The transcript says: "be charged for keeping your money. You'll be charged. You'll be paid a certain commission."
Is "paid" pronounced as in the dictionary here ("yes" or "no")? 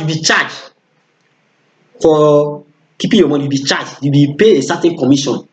no